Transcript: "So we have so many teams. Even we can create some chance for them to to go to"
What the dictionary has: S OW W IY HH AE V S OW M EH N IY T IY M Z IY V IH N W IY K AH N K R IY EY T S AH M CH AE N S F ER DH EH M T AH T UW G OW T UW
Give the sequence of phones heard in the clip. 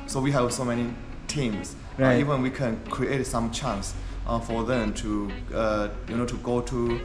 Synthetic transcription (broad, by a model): S OW W IY HH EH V S OW M EH N IY T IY M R IY V IH N W IY K AH N K R IY EY T S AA M CH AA N S F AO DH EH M T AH T UW G OW T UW